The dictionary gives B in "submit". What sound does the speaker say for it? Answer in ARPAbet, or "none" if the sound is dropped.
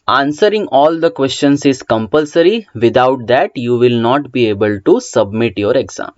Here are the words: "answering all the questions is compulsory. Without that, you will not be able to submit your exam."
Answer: B